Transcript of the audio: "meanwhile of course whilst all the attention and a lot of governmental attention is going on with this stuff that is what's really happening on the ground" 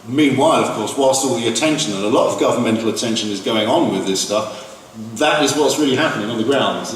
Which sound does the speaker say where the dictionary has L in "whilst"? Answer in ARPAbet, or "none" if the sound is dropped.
L